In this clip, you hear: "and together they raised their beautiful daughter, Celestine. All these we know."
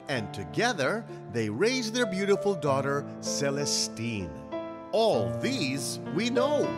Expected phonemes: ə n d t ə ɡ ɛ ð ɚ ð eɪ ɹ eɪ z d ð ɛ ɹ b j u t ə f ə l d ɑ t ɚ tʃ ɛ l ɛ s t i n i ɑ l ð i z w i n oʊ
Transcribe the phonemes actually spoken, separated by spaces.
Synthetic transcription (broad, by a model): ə n t ə ɡ ɛ ð ɚ ð eɪ ɹ eɪ z ð ɛ ɹ b j u t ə f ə l d ɑ t ɚ s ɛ l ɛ s t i n ɑ l ð i z w i n oʊ